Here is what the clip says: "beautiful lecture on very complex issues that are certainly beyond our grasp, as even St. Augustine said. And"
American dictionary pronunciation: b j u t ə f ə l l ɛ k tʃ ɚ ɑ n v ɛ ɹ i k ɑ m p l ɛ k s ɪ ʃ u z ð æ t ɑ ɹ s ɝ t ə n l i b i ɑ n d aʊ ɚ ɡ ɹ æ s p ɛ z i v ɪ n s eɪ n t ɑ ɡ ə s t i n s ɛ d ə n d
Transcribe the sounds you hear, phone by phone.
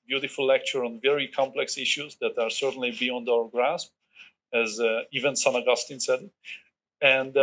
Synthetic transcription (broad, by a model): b j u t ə f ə l l ɛ k tʃ ɚ ɑ n v ɛ ɹ i k ɑ m p l ɛ k s ɪ ʃ u z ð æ t ɑ ɹ s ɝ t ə n l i b i ɑ n d aʊ ɚ ɡ ɹ æ s p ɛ z i v ɪ n s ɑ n ɑ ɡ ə s t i n s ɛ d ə n d